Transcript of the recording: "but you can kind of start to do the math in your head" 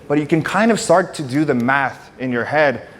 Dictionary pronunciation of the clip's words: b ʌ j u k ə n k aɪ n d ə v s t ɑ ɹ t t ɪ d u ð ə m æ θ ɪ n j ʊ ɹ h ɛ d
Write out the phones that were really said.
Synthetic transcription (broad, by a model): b ʌ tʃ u k n k aɪ n d ə v s t ɑ ɹ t t ɪ d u ð ə m æ θ ɪ n j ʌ ɹ h ɛ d